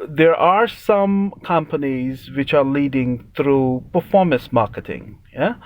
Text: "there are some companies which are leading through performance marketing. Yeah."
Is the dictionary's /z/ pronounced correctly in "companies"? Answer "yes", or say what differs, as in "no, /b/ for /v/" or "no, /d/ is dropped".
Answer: yes